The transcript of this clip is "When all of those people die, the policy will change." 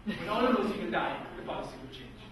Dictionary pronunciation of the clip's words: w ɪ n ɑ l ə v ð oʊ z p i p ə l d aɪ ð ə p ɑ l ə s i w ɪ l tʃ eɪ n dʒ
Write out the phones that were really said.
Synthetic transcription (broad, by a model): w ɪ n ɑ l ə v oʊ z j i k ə n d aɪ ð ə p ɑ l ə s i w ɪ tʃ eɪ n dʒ